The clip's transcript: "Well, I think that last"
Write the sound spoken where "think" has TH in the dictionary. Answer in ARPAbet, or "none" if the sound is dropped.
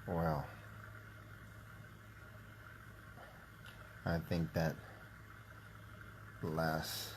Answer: TH